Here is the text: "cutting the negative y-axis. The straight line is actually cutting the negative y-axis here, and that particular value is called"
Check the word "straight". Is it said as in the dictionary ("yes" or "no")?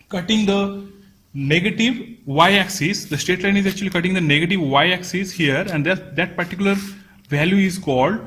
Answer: no